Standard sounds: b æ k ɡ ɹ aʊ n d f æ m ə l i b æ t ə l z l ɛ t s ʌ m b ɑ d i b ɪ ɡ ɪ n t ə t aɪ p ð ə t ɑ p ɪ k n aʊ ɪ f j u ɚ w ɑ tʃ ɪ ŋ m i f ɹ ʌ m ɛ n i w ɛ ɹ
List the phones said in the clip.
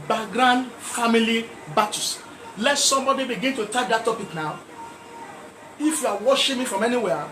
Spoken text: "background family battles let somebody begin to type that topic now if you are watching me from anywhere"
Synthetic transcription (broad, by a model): b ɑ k ɡ ɹ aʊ n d f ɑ m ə l i b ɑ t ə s l ɛ t s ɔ m b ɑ d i b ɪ ɡ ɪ n t ə t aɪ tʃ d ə t ɑ p ɪ k n aʊ ɪ f j u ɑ w ɑ ʃ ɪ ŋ m i f ɹ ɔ m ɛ n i w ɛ